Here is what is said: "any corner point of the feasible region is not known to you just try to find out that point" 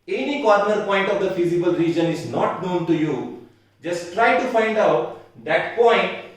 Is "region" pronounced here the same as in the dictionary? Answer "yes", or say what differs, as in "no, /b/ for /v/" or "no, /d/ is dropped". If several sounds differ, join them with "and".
yes